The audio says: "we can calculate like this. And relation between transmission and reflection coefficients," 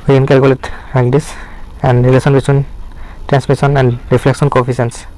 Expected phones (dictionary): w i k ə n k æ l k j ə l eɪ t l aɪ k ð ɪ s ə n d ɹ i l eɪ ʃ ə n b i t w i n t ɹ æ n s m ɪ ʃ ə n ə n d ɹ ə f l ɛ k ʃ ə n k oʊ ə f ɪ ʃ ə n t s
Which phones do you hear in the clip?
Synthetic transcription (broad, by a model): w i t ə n k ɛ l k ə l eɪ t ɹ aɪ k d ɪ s ə n d ɹ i l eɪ s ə n b i t w i n t ɹ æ n s m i s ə n ə n d ɹ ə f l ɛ k s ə n k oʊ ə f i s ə n s